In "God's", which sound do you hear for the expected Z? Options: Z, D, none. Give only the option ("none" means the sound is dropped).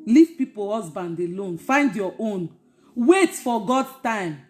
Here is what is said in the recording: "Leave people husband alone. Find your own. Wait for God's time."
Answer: none